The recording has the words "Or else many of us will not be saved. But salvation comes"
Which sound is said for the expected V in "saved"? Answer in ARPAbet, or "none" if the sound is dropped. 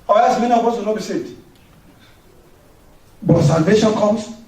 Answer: none